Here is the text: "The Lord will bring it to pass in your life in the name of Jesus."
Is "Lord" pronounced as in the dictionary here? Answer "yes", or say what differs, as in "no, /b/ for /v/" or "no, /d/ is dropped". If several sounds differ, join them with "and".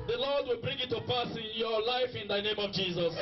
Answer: yes